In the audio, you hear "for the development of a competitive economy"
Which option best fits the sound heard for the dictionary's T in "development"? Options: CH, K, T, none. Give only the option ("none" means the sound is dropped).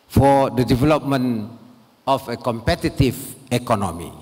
none